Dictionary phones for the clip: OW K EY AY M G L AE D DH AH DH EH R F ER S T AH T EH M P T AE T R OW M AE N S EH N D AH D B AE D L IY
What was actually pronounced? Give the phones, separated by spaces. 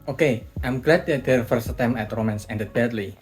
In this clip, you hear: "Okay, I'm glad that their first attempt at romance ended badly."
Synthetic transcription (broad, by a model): OW K EY AY M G L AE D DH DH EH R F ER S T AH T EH M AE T R OW M AE N S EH N D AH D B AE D L IY